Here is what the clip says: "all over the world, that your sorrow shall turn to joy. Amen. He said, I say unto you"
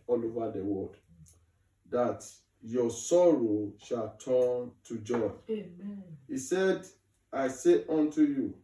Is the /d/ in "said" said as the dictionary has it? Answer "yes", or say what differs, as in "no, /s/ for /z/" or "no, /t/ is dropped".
yes